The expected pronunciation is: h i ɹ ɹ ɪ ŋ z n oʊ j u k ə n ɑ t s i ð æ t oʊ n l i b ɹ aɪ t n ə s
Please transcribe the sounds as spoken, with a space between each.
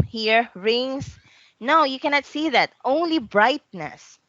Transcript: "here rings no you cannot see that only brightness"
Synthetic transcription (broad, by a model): h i ɹ ɹ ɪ ŋ s n oʊ j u k ə n ɑ t s i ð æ t oʊ n l i b ɹ aɪ t n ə s